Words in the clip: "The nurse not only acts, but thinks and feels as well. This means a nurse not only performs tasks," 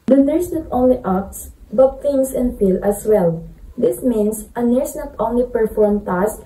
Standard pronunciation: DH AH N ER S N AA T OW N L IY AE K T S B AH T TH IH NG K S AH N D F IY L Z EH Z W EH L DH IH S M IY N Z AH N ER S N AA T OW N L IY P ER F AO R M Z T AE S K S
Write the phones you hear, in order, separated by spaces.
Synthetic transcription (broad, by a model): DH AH N ER S N AA T OW N L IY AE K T S B AH T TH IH NG S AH N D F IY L AH S W EH L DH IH S M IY N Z AH N ER S N AA T OW N L IY P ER F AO R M T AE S S